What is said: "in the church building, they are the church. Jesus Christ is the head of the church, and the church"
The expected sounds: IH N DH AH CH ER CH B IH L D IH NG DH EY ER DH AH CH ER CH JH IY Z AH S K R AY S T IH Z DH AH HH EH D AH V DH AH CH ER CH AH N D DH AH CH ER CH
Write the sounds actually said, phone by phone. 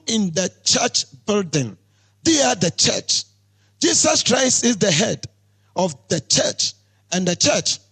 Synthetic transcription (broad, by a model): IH N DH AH CH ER CH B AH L D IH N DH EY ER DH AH CH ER CH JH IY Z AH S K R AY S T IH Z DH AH HH EH D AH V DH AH CH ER CH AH N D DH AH CH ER CH